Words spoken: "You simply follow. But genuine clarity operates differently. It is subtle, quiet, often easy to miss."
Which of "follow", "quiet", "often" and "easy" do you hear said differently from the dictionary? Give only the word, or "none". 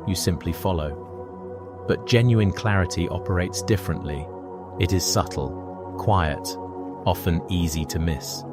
none